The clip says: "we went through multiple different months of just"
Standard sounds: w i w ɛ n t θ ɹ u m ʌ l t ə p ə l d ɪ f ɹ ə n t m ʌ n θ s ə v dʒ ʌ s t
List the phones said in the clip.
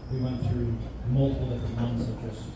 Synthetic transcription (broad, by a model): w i w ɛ n θ ɹ u m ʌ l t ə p l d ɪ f ɹ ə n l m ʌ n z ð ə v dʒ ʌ s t